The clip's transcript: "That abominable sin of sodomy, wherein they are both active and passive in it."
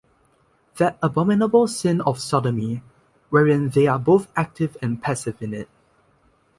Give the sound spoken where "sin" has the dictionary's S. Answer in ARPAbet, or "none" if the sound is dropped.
S